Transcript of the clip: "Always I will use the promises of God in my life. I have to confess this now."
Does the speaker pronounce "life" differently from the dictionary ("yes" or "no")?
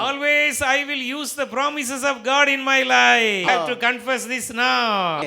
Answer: yes